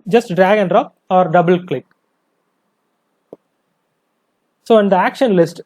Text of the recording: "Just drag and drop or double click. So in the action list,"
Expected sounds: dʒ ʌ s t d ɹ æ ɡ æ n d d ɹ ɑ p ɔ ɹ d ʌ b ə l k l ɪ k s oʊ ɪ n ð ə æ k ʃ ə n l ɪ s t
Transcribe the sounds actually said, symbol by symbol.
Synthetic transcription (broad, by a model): dʒ ʌ s t d ɹ æ ɡ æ n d d ɹ ɑ p ɔ ɹ d ʌ b ə l k l ɪ k s oʊ ɪ n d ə æ k ʃ ə n l ɪ s t